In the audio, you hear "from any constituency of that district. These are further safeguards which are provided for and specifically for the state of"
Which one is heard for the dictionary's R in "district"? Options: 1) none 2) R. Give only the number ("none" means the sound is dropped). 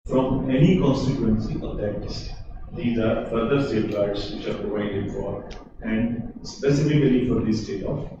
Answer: 1